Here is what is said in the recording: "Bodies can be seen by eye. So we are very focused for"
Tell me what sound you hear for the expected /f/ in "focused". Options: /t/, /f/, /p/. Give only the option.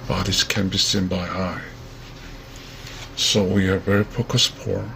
/p/